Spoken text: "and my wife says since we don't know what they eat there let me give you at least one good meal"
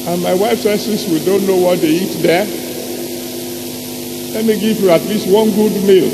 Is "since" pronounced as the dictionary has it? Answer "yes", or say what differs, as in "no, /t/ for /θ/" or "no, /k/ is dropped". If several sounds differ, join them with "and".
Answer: no, /n/ is dropped